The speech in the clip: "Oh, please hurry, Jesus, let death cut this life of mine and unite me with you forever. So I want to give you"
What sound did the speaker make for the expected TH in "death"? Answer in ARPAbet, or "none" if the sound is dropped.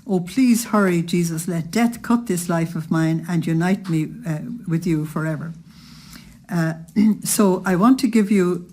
TH